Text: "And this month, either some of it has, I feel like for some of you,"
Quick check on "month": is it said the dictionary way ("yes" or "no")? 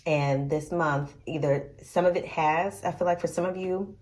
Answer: yes